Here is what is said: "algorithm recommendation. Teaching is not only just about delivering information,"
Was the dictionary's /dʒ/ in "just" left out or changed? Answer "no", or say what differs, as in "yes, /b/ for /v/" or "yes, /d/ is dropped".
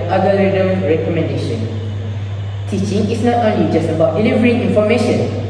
no